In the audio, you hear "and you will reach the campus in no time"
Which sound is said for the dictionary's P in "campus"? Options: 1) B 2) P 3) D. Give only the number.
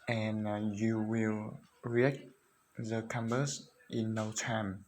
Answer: 1